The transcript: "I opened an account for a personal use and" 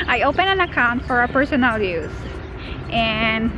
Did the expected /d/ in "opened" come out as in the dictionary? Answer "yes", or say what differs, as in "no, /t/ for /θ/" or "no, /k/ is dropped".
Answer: no, /d/ is dropped